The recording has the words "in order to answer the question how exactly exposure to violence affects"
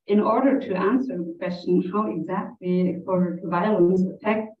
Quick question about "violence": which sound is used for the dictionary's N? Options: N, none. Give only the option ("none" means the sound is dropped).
none